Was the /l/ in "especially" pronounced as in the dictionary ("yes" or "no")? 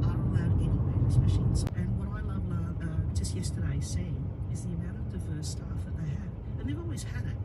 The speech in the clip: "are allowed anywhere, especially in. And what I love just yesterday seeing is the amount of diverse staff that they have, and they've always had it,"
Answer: no